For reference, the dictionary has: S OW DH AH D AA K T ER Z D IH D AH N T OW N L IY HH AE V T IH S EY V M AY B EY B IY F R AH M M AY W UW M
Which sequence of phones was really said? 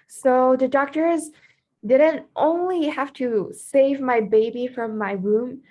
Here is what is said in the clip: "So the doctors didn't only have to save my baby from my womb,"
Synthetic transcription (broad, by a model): S OW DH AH D AA K T ER Z D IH D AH N T OW N L IY HH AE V T IH S EY V M AY B EY B IY F R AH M M AY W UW M